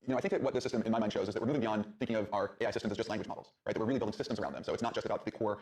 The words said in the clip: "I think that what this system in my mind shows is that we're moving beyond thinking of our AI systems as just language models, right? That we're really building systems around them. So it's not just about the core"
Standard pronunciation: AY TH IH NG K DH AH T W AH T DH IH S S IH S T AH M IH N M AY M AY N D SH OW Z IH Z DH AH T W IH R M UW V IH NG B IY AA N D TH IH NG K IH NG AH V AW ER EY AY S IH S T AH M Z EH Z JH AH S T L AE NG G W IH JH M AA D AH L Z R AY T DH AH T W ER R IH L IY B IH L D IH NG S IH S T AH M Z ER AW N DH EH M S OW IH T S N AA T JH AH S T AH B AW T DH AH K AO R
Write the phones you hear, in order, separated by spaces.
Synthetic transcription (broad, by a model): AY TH IH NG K DH AH T W AH T DH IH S S IH S T AH M IH N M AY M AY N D SH OW Z IH Z DH AH T W IH R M UW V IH NG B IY AA N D TH IH NG K IH NG AH V AW ER EY AY S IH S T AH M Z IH Z JH AH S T L AE NG G W IH JH M AA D L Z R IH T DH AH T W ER R IH L IY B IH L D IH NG S IH S T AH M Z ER AW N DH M S OW IH T S N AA T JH AH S T AH B AW T DH AH K AO R